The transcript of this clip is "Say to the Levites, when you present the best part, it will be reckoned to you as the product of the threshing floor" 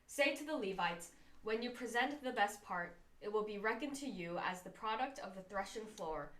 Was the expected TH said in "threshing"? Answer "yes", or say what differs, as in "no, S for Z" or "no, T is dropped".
yes